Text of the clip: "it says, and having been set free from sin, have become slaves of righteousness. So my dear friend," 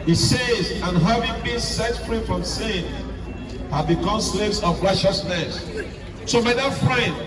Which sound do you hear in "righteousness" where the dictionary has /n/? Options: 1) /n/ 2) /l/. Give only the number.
1